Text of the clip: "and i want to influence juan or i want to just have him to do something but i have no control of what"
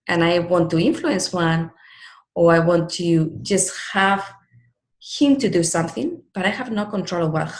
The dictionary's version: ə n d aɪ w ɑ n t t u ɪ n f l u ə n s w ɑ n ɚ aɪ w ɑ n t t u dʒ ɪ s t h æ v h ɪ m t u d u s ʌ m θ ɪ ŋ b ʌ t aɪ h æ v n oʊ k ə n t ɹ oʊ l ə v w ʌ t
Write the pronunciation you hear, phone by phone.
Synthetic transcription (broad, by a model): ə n aɪ w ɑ n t t u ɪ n f l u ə n s w ɑ n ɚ aɪ w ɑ n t t u dʒ ɪ s t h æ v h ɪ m t u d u s ʌ m θ ɪ ŋ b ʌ t aɪ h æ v n oʊ k ə n t ɹ oʊ l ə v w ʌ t